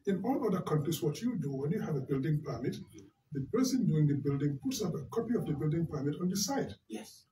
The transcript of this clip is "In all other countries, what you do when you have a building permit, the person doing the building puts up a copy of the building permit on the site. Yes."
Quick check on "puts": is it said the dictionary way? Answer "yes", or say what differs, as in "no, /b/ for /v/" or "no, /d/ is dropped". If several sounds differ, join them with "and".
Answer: yes